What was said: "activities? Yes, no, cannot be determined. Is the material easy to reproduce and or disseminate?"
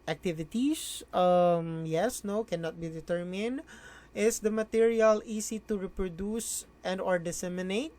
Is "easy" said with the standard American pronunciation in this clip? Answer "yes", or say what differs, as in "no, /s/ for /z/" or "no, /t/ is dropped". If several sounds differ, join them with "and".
no, /s/ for /z/